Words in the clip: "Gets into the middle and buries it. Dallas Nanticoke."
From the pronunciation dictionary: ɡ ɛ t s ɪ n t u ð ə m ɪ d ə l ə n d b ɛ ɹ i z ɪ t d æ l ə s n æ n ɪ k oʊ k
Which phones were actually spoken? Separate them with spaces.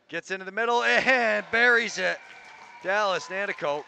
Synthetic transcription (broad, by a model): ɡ ɛ t s ɪ n t u ð ə m ɪ d l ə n b ɛ ɹ i z ɪ t d æ l ə s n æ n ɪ k oʊ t